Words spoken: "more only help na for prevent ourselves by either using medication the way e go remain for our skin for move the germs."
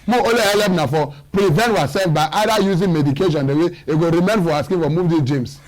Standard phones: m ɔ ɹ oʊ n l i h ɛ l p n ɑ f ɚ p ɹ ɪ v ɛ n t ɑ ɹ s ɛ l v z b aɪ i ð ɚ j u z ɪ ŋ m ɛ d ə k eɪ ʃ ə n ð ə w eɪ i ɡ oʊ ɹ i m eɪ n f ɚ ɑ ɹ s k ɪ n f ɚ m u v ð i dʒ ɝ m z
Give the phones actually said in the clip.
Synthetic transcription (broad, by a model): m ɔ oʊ l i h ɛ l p n ɑ f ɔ p ɹ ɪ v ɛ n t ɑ s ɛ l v b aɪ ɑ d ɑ j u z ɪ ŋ m ɛ d ə k eɪ ʃ ə n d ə w eɪ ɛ ɡ oʊ ɹ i m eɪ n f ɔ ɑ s k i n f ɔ m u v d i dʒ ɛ m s